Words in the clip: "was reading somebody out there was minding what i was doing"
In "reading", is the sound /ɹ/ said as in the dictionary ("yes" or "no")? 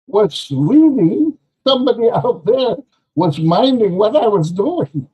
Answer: no